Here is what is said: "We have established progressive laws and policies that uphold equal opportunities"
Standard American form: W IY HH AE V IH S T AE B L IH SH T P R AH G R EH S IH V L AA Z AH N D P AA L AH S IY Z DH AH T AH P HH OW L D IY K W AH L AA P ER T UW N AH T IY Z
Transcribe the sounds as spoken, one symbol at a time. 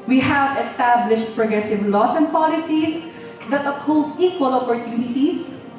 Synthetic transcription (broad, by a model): W IY HH AE V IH S T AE B L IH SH T P R AH G R EH S IH V L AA S AH N D P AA L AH S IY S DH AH T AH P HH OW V IY K W AH L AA P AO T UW N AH T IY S